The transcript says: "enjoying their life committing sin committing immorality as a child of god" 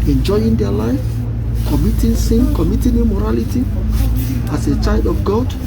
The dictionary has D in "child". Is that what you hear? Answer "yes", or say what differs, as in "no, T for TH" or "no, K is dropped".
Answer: yes